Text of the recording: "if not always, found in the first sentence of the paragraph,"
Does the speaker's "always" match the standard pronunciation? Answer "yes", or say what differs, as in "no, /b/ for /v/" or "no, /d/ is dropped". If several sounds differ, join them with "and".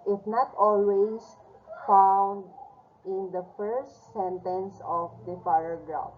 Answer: no, /s/ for /z/